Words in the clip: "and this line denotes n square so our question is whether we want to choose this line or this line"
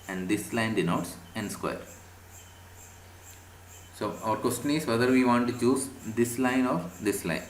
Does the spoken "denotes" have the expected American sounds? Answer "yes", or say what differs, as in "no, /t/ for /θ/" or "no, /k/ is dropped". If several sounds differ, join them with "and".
yes